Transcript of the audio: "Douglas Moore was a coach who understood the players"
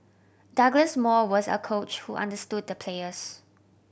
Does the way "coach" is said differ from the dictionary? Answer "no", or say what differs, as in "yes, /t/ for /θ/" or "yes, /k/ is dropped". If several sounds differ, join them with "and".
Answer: no